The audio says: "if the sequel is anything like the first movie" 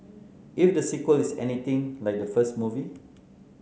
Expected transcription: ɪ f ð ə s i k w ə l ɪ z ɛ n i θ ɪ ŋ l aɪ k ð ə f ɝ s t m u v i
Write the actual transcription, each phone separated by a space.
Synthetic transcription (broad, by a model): ɪ f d ə s i k w ə l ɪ s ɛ n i t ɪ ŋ l aɪ k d ə f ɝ s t m u v i